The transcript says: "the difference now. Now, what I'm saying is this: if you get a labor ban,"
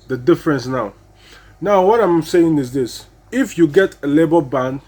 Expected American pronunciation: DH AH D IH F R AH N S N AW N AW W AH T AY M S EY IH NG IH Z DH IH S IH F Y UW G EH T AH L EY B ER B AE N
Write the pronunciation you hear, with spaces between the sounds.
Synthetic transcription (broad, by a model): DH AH D IH F R AH N S N AW N AW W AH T AY M S EY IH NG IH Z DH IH S IH F Y UW G EH T AH L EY B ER B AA N